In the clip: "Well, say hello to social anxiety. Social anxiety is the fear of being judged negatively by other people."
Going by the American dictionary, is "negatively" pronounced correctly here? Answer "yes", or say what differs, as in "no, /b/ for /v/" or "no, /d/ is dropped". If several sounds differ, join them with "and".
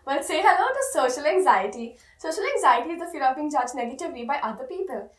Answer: no, /l/ is dropped